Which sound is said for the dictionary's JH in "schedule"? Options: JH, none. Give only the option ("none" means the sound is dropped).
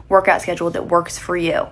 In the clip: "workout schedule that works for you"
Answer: JH